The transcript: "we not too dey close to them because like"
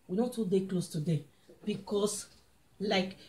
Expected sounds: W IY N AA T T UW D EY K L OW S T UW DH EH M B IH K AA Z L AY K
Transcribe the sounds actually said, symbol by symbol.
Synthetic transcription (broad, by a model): W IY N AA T T UW D EY K L OW S T UW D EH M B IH K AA S L AY K